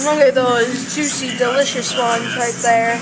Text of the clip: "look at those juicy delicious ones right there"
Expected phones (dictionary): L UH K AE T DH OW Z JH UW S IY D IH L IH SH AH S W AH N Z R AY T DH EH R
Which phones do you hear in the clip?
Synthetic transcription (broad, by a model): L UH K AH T DH OW Z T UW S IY D IH L IH SH AH S W AH N Z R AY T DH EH R